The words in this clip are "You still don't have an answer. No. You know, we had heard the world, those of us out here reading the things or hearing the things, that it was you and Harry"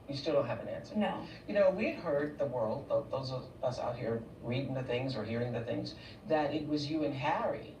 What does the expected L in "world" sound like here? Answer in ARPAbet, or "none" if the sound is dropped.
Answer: L